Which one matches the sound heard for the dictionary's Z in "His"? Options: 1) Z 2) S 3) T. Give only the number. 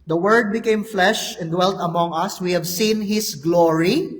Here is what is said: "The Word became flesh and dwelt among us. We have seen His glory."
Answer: 2